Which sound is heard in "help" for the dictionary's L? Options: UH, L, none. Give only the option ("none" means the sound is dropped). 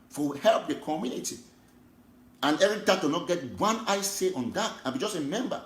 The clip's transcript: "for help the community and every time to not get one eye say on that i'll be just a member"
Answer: L